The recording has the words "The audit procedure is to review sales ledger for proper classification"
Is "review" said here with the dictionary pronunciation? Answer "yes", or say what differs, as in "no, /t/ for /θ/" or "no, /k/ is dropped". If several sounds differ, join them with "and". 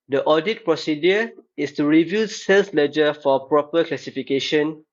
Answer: yes